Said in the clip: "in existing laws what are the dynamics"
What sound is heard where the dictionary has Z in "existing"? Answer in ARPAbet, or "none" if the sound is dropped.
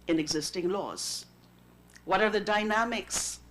Z